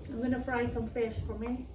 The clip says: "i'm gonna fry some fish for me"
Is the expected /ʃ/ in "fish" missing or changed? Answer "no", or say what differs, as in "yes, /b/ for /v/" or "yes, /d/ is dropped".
no